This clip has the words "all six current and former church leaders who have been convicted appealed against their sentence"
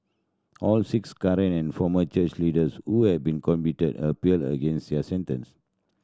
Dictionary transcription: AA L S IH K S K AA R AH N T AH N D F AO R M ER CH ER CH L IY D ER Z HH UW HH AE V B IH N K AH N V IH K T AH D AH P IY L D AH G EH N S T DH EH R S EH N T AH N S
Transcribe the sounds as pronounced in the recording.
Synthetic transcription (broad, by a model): AA L S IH K S K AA R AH N AH N F AO M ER CH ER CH L IY D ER S HH UW HH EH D B IH N K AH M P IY T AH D AH P IY L D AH G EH N S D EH S EH N T AH N S